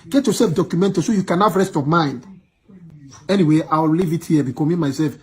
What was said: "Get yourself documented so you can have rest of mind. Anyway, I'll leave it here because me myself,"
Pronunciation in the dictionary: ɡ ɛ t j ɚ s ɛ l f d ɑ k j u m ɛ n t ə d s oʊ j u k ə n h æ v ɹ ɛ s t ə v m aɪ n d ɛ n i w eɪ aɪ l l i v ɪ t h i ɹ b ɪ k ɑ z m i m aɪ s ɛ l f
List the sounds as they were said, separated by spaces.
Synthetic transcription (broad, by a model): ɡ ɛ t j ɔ s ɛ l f d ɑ k j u m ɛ n t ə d s oʊ j u k ə n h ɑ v ɹ ɛ s t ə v m aɪ n d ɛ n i w eɪ aɪ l l i v ɪ t h i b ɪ k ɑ m i m aɪ s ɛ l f